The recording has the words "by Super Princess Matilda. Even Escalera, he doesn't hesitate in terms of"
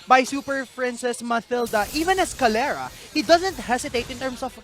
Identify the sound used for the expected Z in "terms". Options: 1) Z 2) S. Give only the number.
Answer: 2